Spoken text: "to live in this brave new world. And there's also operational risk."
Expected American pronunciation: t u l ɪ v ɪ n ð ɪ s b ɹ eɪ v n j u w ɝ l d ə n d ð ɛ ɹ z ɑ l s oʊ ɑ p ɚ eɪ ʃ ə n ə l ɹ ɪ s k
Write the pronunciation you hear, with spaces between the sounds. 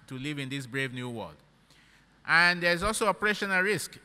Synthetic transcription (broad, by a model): t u l ɪ v ɪ n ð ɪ s b ɹ eɪ v n j u w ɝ l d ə n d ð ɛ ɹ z ɑ l s oʊ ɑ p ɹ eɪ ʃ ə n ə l ɹ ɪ s k